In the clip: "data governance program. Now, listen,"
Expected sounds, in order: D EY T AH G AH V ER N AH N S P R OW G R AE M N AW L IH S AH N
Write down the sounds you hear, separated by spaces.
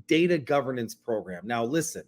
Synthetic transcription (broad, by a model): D EY T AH G AH V ER N AH N S P R OW G R AE M N AW L IH S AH N